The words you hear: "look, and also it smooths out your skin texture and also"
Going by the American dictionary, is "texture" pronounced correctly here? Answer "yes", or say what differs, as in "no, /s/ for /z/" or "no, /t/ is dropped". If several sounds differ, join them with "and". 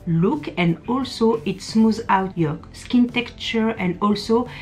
no, /s/ is dropped